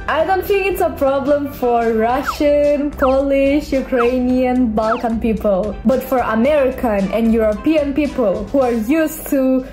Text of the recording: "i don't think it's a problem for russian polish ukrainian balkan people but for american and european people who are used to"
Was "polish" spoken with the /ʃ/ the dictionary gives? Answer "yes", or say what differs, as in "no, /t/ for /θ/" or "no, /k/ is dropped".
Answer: yes